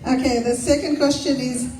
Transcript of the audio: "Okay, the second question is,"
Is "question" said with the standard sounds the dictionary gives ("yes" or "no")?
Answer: yes